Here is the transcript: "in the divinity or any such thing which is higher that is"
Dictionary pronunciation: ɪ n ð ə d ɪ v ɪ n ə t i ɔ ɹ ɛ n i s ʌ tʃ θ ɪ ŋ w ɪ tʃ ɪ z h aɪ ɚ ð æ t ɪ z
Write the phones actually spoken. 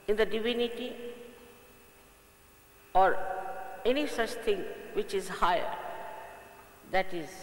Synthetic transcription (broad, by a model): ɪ n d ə d ɪ v ɪ n ə t i ɔ ɹ ɛ n i s ʌ tʃ t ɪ ŋ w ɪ tʃ ɪ z h aɪ ɚ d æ t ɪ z